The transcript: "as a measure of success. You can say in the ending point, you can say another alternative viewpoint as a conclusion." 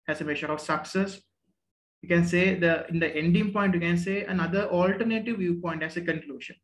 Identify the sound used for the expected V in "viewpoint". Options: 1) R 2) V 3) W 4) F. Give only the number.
2